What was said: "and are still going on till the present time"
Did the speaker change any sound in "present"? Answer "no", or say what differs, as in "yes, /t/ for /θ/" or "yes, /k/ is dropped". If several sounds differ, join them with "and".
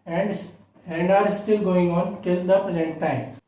yes, /l/ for /ɹ/